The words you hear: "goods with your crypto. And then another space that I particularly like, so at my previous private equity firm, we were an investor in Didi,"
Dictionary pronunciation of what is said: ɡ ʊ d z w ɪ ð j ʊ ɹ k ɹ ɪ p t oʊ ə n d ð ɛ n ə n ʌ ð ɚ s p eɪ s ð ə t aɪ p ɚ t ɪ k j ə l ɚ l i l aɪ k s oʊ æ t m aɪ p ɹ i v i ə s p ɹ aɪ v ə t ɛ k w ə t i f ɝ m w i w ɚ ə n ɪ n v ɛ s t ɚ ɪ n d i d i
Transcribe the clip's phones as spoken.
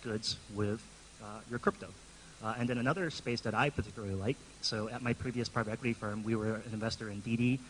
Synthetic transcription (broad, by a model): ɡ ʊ d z w ɪ ð j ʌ ɹ k ɹ ɪ p t oʊ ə n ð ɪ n ə n ʌ ð ɚ s p eɪ s ð ə t aɪ p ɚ t ɪ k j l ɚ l i l aɪ k s oʊ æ t m aɪ p ɹ i v i ə s p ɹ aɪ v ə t ɛ k w ə t i f ɝ m w i w ɚ ə n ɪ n v ɛ s t ɚ ɪ n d i d i